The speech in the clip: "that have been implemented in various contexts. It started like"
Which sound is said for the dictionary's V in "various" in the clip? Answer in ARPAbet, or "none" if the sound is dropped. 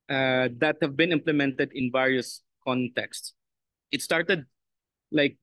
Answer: V